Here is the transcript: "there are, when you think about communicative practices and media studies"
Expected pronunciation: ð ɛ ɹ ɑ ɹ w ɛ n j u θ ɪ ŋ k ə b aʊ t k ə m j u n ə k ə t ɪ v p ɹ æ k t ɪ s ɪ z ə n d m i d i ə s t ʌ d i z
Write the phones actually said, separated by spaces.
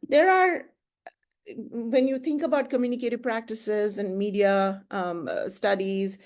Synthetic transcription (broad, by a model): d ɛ ɹ ɑ ɹ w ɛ n j u t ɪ ŋ k ə b aʊ t k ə m j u n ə k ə t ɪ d p ɹ æ k t ɪ s ɪ z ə n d m i d i ə s t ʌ d i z